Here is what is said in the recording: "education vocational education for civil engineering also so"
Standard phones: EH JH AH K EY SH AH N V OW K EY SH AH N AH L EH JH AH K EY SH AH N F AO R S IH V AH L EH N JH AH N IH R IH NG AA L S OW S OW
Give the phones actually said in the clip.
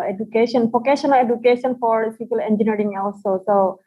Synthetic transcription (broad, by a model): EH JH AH K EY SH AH N F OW K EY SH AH N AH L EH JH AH K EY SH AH N F AO R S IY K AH L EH N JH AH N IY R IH NG AA L S OW S OW